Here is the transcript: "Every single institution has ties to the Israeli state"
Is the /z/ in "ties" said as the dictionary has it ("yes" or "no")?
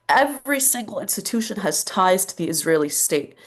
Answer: yes